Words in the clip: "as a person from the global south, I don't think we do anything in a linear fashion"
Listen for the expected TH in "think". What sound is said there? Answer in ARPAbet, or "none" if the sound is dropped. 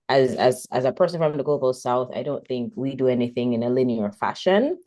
TH